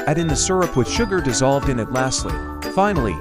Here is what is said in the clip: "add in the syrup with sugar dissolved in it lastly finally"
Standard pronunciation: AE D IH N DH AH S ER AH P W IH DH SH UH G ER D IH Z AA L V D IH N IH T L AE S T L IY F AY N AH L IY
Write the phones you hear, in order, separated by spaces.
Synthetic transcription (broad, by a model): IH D IH N DH AH S ER AH P W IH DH SH UH G ER D IH Z AA L V D IH N IH T L AE S T L IY F AY N L IY